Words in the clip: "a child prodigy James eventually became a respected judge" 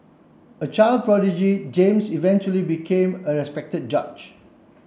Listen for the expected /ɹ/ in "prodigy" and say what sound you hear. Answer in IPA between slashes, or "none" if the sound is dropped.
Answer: /ɹ/